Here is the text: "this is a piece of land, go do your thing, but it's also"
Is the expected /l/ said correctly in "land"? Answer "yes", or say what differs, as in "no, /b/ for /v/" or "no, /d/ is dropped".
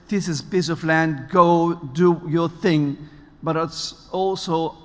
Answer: yes